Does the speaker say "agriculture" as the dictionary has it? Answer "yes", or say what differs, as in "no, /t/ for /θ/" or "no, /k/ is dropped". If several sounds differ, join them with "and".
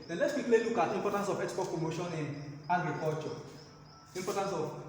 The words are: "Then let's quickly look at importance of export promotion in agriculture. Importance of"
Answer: no, /l/ is dropped